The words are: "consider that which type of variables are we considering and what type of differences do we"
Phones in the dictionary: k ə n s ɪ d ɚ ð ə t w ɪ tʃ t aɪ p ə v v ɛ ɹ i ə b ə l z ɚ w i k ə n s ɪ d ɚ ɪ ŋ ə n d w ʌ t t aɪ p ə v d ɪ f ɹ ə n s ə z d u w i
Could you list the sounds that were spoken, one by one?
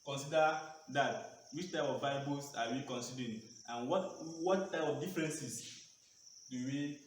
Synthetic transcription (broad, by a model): k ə n s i d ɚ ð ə t w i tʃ t aɪ p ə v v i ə b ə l s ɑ w i k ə n s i d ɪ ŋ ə n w w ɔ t t aɪ p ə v d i f ɹ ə n s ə s d u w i